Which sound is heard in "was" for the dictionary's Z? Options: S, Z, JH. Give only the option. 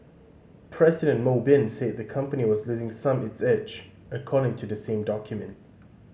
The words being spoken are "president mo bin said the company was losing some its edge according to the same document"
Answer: Z